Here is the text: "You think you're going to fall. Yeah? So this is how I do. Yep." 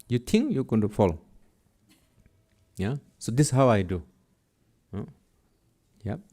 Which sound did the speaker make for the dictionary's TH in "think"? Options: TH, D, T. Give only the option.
T